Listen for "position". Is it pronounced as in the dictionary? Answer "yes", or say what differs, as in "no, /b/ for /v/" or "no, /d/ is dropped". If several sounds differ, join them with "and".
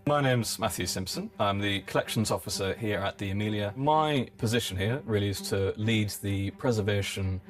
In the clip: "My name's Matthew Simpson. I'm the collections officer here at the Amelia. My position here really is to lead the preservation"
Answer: yes